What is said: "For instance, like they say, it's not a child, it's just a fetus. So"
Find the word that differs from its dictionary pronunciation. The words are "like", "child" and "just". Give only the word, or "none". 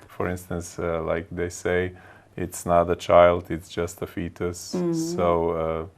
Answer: none